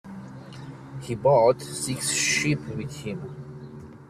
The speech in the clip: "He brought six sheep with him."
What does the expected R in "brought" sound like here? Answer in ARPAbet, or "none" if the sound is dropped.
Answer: none